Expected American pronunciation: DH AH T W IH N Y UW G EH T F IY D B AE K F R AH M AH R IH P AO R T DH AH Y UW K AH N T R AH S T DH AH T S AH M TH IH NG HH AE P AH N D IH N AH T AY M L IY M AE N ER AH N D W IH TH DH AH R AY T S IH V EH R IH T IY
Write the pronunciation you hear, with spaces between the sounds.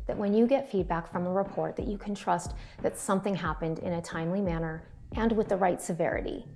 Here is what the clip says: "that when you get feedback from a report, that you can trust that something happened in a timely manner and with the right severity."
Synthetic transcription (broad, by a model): DH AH T W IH N Y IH G EH T F IY D B AE K F R AH M AH R IH P AO R T DH AH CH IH K N T R AH S T DH AH T S AH M TH IH NG HH AE P AH N D IH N AH T AY M L IY M AE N ER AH N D W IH DH AH R AY T S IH V EH R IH T IY